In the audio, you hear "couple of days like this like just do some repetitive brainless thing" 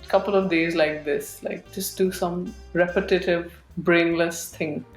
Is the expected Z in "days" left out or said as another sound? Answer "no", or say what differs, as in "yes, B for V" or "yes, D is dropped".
no